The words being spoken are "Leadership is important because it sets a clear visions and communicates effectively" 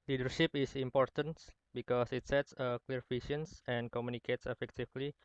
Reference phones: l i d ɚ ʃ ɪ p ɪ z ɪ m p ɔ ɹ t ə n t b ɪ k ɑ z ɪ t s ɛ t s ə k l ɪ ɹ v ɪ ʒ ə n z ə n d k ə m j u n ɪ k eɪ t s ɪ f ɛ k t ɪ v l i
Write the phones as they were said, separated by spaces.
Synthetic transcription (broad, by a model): l i d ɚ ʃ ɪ p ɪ s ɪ m p ɔ ɹ t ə n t b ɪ k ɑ s ɪ t s ɛ t s ə k l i ɹ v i ʃ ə n s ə n k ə m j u n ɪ k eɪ t s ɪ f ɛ k t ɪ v l i